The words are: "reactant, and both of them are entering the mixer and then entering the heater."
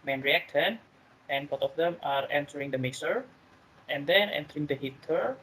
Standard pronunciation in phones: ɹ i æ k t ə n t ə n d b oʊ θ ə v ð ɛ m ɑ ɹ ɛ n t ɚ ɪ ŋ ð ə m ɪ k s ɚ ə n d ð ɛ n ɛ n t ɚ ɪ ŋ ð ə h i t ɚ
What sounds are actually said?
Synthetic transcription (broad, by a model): ɹ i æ k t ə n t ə n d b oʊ t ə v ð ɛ m ɑ ɹ ɛ n t ɚ ɪ ŋ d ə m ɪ s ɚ ə n d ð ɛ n ɛ n t ɚ ɪ ŋ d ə h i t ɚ